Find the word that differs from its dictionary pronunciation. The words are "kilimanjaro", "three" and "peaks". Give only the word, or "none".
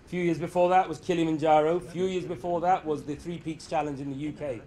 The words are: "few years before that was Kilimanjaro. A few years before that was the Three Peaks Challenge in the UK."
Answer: none